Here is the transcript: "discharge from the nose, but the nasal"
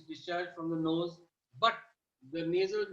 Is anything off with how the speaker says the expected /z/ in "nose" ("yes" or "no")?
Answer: no